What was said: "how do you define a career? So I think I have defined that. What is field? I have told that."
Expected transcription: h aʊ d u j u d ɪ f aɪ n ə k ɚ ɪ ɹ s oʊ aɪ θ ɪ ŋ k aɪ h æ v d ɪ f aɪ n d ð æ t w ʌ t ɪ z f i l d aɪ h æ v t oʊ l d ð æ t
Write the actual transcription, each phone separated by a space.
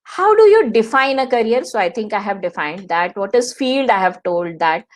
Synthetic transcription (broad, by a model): h aʊ d u j u d ɪ f aɪ n ə k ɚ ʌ ɹ s oʊ aɪ t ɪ ŋ k aɪ h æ v d ɪ f aɪ n d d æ t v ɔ t ɪ z f i l d aɪ h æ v t oʊ l d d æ t